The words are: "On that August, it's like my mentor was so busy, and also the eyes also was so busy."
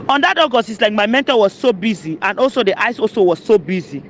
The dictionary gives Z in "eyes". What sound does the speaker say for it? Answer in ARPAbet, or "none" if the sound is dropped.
S